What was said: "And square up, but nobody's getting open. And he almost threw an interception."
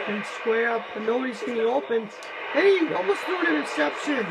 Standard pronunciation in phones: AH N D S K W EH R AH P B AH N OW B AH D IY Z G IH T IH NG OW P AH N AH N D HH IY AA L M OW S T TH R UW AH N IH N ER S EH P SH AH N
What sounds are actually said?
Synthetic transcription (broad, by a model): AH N S K W EH R AH P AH N OW B AH D IY Z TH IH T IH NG OW P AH N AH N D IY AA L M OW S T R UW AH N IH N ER S EH P SH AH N